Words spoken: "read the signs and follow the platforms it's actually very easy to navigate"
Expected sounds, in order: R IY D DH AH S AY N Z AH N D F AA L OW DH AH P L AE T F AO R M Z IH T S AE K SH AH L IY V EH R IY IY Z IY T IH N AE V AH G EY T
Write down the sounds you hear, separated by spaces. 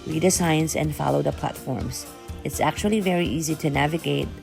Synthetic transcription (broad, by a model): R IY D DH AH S AY N S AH N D F AA L OW DH AH P L AE T F AO R M Z IH T S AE K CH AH L IY V EH R IY IY Z IY T IH N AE V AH G EY T